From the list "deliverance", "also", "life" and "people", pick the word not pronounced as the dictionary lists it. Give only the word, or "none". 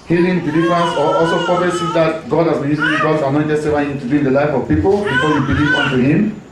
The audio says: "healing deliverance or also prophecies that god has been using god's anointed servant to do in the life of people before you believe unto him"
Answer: deliverance